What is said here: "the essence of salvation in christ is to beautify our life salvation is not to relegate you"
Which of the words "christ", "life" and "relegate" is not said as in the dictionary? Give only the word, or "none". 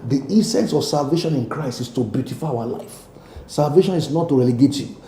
none